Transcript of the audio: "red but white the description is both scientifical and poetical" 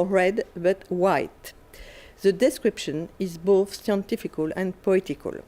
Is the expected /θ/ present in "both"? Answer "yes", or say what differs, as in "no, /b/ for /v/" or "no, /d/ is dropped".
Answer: yes